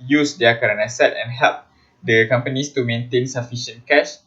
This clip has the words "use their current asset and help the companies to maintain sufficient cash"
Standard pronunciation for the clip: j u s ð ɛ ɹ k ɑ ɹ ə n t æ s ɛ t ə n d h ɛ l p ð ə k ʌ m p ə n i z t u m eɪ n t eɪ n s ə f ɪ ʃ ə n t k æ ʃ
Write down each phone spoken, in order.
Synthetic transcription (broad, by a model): j u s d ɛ k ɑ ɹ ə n ɑ s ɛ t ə n h ɛ l p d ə k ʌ m p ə n i s t u m eɪ n t eɪ n s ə f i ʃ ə n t k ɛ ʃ